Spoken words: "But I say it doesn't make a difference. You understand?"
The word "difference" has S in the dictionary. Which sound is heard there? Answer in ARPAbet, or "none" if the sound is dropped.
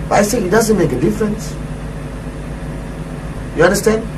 S